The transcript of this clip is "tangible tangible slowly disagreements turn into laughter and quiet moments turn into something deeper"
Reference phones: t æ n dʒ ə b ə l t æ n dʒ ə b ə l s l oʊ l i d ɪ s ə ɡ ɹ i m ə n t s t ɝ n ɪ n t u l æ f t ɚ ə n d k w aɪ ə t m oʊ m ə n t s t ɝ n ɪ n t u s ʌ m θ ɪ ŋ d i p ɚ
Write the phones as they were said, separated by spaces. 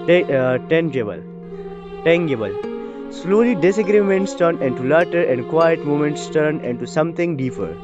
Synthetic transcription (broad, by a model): t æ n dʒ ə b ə l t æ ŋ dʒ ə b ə l s l oʊ l i d ɪ s ə ɡ ɹ i m ə n t s t ɝ n ɪ n t u l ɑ t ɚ ə n d k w aɪ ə t m oʊ m ə n t s t ɝ n ɪ n t u s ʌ m t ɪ ŋ d i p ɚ